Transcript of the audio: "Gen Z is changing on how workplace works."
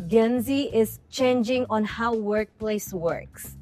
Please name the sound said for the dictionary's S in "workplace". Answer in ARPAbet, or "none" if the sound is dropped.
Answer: S